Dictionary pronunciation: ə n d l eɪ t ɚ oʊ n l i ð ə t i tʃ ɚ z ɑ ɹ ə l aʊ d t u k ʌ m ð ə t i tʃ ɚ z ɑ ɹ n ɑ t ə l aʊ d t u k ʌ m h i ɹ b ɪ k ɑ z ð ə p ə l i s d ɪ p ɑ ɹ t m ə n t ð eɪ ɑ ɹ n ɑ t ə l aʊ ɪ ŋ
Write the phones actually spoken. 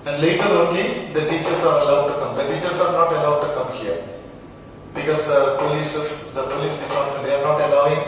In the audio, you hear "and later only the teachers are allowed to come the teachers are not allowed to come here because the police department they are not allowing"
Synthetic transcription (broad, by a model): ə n d l eɪ t ɚ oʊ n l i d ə t i tʃ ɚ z ɑ ɹ ə l aʊ d t u k ʌ m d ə t i tʃ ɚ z ɑ ɹ n ɑ t ə l aʊ d t u k ʌ m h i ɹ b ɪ k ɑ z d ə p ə l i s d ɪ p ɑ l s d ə t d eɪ ɑ ɹ n ɑ t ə l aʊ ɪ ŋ